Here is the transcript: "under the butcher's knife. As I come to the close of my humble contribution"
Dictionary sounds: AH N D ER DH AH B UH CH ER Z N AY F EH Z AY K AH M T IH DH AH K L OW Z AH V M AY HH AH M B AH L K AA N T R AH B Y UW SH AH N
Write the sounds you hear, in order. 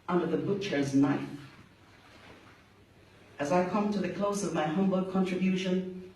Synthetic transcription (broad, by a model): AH N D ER DH AH B UH CH ER Z N AY F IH Z AY K AH M T IH DH AH K L OW Z AH V M AY HH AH M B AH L K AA N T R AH B Y UW SH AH N